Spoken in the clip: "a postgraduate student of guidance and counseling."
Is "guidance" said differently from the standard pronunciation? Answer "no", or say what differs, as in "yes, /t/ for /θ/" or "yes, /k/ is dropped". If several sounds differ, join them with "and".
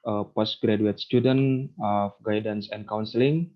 no